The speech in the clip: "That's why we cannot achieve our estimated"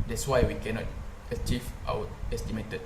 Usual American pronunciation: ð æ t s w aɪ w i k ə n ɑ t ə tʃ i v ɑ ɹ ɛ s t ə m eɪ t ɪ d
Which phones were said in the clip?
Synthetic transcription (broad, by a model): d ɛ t s w aɪ w i k ə n ɑ t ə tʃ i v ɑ w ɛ s t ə m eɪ t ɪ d